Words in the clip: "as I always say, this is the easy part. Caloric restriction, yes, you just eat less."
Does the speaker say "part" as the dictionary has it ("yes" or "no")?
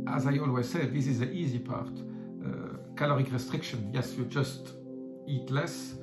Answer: yes